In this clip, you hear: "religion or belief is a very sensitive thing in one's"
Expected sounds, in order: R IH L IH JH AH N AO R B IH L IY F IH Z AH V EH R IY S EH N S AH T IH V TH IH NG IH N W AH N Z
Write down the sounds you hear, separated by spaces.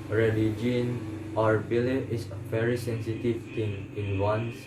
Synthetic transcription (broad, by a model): R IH L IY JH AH N AO R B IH L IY IH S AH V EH R IY S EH N S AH T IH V T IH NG IH N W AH N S